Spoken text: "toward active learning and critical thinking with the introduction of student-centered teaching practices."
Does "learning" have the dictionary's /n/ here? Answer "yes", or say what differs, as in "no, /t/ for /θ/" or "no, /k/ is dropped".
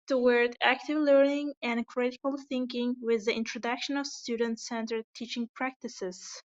yes